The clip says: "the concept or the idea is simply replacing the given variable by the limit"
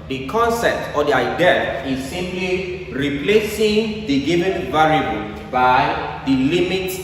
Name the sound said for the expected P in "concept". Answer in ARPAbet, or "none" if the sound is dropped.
P